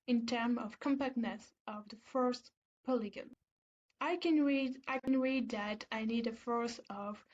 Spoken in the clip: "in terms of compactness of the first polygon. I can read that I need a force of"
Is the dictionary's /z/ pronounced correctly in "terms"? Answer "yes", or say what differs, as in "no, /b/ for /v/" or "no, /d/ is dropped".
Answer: no, /z/ is dropped